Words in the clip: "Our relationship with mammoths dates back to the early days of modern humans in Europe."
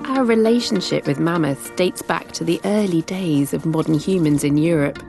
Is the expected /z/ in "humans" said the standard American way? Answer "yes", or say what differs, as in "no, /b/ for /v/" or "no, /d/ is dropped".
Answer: yes